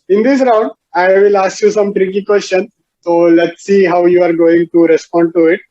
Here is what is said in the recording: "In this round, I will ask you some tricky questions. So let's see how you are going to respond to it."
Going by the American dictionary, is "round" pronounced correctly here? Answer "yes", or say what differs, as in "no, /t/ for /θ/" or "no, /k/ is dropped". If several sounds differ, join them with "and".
yes